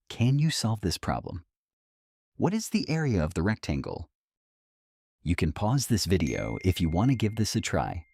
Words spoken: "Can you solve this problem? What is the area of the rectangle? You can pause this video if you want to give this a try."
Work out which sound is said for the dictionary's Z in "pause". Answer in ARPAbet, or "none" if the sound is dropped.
Z